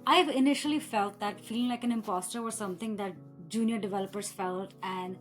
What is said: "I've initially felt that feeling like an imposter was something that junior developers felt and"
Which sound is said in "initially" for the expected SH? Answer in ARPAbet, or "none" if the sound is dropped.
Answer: SH